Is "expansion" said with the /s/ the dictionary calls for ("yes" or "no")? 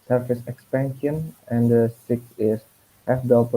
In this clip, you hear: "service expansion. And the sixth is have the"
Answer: yes